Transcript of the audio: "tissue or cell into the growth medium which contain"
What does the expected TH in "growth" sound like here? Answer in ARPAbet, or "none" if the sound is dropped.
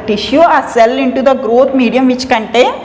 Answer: T